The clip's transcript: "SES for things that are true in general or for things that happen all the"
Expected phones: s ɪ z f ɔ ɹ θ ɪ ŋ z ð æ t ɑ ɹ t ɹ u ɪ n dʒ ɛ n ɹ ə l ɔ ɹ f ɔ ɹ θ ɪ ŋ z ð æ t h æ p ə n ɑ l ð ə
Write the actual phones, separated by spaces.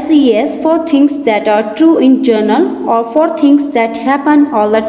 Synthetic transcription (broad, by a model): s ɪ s f ɔ ɹ t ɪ ŋ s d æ t ɑ ɹ t ɹ u ɪ n dʒ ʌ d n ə l ɔ ɹ f ɔ ɹ t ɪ ŋ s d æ t h æ p ə n ɑ l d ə